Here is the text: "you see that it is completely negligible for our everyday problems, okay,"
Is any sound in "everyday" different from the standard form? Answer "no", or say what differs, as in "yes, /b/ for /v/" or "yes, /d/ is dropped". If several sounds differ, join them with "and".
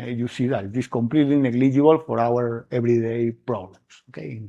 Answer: yes, /b/ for /v/